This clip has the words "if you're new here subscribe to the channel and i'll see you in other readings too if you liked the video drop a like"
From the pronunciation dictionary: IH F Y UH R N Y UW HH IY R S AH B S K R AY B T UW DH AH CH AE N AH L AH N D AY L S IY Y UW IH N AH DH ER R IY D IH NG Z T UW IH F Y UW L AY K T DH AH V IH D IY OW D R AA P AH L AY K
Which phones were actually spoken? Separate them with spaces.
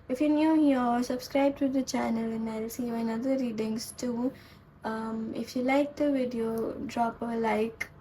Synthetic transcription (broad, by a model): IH F Y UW N Y UW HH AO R S AH B S K R AY B T UW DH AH CH AE N AH L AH N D AY L S IY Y IH N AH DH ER R IY D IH NG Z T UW IH F Y UW L AY K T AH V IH D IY OW D R AA P AH L AY K